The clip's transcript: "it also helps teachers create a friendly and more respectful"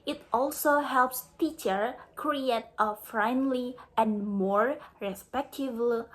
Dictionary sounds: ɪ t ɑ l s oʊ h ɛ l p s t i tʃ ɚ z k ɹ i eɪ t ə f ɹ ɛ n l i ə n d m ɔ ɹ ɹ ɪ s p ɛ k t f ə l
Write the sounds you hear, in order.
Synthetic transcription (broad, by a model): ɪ t ɑ l s oʊ h ɛ l p s t i tʃ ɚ k ɹ i eɪ t ə f ɹ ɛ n l i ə n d m ɔ ɹ ɹ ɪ s p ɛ k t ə l